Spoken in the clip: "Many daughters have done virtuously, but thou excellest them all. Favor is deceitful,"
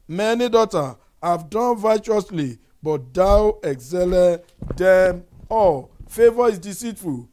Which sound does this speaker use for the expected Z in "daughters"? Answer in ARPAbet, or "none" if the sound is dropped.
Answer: none